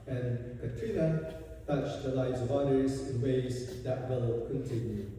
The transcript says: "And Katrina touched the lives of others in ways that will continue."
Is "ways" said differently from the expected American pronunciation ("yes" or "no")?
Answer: no